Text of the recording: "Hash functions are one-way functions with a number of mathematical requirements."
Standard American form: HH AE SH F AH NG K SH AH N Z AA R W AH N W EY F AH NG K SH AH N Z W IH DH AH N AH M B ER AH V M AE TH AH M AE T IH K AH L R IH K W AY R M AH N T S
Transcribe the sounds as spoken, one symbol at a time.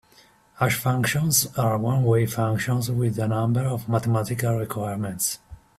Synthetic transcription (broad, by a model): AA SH F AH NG K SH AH N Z AA R W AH N W EY F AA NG K SH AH N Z W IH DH AH N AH M B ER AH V M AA T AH M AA T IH K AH L R IH K W AY R M AH N T S